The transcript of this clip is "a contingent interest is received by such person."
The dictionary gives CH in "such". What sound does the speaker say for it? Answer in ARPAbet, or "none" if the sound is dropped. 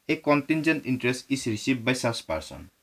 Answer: S